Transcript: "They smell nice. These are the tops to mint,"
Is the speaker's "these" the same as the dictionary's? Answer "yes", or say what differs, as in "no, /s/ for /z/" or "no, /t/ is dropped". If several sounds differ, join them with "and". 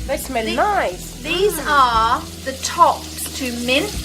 yes